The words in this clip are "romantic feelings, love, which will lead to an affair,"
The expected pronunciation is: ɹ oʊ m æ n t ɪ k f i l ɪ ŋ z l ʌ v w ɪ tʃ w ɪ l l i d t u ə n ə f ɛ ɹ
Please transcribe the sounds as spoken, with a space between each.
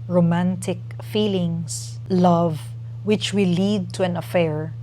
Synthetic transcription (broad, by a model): ɹ oʊ m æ n t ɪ k f i l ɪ ŋ s l ʌ v w ɪ tʃ w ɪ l l i d t u ə n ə f ɛ ɹ